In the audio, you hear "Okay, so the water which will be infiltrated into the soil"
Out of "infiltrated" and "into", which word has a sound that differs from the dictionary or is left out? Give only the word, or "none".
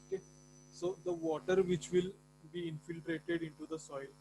none